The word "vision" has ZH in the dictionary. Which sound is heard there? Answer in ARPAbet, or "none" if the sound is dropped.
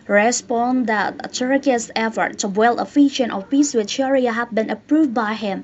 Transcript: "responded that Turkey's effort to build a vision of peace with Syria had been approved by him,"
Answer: SH